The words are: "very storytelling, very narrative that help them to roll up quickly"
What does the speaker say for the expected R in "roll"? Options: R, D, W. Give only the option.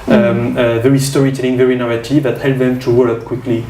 W